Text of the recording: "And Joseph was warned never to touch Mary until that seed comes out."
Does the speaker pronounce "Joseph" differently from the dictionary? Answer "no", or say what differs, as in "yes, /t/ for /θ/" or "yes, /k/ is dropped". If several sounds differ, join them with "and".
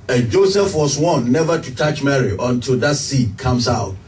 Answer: no